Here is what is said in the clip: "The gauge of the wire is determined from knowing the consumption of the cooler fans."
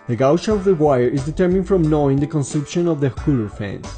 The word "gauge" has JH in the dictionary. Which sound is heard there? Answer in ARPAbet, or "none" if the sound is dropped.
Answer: SH